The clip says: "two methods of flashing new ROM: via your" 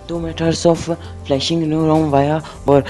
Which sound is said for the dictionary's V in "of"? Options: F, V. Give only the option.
F